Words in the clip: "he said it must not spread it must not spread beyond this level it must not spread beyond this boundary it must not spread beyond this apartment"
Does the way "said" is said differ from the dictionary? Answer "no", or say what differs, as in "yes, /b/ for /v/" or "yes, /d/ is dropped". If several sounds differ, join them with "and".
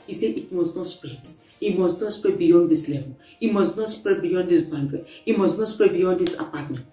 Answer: yes, /d/ is dropped